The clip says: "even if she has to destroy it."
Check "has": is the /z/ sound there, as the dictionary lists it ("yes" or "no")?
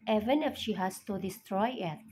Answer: no